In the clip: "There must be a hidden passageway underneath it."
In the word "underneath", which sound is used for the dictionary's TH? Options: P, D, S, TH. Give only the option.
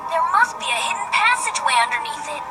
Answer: S